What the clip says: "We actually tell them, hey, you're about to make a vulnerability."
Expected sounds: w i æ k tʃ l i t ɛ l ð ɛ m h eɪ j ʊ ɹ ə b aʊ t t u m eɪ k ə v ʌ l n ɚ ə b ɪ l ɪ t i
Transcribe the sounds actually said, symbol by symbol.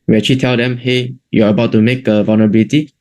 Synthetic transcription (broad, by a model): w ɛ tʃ i t ɛ l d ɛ m h eɪ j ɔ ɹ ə b aʊ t t u m eɪ k ə v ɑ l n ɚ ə b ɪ l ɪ t i